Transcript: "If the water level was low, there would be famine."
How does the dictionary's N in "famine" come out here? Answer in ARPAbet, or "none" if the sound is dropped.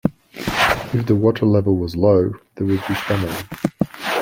none